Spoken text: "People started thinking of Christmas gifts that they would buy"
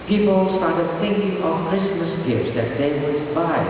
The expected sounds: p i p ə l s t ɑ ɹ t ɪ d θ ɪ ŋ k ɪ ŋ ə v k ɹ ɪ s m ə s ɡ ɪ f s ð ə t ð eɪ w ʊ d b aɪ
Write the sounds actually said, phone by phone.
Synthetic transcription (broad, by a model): p i p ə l s t ɑ ɹ t ɪ d θ ɪ ŋ k ɪ ŋ ə v k ɹ ɪ s m ə s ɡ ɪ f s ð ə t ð eɪ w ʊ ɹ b aɪ